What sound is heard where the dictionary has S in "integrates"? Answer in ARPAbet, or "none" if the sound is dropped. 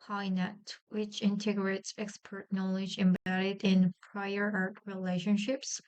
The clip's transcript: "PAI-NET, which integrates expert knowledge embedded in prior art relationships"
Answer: S